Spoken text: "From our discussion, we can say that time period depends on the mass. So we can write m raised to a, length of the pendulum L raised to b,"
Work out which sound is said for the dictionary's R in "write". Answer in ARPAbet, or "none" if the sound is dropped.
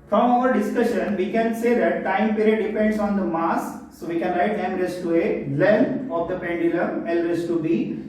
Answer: R